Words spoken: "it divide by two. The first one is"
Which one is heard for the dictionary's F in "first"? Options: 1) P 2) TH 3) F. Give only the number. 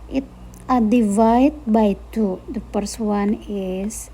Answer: 1